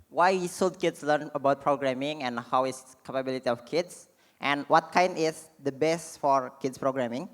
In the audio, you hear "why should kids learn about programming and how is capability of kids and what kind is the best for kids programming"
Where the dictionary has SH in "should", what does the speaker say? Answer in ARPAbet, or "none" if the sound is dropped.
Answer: S